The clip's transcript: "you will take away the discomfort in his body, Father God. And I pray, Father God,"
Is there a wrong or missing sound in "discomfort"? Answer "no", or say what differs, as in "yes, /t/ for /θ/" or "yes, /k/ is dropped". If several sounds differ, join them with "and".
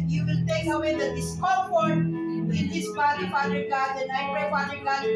yes, /m/ is dropped